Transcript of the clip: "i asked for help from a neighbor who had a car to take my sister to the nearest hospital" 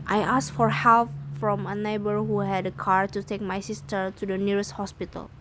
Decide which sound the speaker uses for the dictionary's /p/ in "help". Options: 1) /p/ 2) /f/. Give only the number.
2